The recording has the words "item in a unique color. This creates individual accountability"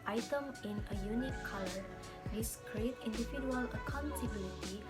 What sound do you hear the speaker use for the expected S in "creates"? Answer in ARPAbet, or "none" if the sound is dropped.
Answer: none